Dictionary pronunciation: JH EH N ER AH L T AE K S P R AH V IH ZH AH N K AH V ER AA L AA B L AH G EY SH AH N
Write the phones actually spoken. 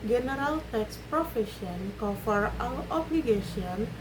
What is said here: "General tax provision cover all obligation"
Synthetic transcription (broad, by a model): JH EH N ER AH L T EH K S P R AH F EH SH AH N K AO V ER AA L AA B L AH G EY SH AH N